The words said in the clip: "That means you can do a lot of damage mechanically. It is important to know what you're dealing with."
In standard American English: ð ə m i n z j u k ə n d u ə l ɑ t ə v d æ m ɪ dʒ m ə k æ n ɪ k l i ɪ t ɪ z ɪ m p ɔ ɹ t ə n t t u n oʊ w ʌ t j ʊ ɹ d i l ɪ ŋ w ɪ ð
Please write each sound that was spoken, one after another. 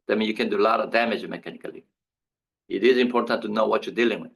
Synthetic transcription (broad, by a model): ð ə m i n j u k ə n d u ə l ɑ t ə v d æ m ɪ dʒ m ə k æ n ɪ k l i ɪ t ɪ z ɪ m p ɔ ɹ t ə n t t u n oʊ w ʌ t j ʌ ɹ d i l ɪ ŋ w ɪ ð